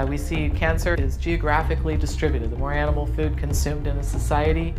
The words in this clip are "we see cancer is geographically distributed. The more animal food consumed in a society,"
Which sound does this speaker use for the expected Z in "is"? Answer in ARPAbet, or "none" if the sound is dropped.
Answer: Z